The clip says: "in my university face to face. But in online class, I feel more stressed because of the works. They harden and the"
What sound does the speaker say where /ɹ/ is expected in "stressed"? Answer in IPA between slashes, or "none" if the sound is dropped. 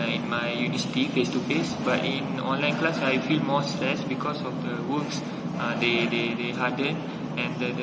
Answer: none